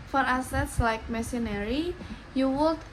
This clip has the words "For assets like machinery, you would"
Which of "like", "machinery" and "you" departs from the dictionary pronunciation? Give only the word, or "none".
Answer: machinery